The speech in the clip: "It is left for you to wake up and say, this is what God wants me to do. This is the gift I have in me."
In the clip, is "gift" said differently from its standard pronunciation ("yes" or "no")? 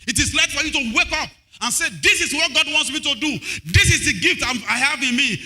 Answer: no